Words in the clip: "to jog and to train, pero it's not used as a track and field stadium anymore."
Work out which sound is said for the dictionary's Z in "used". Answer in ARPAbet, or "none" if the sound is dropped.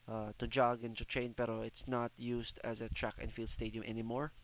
S